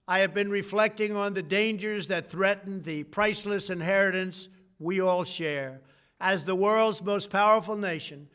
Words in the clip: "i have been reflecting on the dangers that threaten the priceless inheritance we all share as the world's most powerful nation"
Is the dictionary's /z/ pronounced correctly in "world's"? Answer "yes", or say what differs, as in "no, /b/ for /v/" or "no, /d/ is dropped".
yes